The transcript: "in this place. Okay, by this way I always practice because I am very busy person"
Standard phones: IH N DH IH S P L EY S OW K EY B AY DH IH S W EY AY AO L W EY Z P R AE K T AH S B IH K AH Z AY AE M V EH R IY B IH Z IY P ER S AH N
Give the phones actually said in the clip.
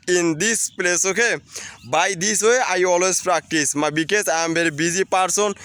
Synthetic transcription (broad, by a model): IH N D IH S P L EY S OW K EY B AY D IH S W EY AY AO L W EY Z P R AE K T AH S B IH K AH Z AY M B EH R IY B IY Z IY P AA S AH N